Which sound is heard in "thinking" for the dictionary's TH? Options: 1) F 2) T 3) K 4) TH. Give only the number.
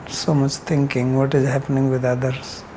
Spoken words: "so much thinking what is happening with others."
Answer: 2